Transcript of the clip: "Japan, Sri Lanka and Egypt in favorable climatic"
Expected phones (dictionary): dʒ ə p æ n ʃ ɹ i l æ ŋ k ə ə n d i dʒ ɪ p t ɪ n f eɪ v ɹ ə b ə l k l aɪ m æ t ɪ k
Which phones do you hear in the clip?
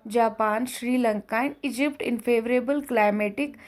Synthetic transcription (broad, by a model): dʒ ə p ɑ n ʃ ɹ i l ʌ ŋ k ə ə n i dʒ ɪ p t ɪ n f eɪ v ɹ ə b ə l k l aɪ m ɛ t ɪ k